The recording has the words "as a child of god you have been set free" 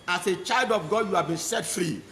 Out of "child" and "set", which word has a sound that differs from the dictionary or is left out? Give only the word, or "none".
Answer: none